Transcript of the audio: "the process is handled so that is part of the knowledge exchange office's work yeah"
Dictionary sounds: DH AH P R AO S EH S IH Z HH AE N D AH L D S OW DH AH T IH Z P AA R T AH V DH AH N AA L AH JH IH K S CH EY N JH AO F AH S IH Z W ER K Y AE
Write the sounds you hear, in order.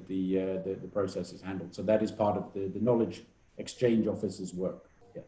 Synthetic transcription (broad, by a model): DH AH P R AO S EH S IH Z HH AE N D L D S OW DH AH T IH Z P AA R T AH V DH AH N AA L AH JH IH K S CH EY N JH AO F AH S IH Z W ER K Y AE